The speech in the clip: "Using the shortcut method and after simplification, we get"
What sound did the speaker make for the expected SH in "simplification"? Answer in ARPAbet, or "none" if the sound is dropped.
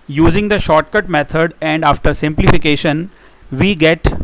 SH